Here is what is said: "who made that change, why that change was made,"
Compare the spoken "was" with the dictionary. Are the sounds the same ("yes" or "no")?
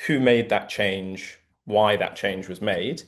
yes